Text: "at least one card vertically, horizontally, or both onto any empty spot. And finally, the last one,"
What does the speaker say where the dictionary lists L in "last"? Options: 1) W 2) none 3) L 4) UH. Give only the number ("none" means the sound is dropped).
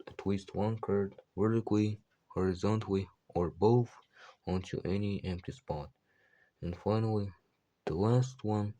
3